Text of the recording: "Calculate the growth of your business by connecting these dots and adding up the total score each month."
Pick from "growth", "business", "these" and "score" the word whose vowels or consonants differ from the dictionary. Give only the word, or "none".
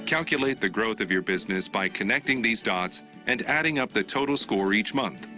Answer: none